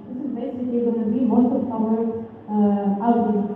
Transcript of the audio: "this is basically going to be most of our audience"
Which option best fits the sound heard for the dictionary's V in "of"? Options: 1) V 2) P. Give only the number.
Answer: 2